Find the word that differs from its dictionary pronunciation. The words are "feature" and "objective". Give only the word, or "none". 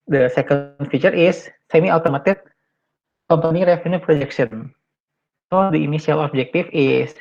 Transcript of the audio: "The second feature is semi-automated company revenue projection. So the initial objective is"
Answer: objective